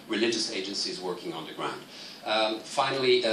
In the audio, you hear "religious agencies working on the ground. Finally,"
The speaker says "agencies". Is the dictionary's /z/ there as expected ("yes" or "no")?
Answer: yes